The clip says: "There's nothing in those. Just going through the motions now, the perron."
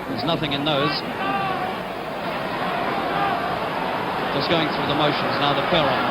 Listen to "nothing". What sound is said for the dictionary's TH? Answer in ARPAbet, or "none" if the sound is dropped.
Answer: TH